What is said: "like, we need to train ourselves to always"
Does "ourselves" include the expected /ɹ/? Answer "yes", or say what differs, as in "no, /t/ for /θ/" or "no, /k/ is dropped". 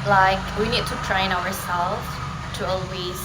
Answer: no, /w/ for /ɹ/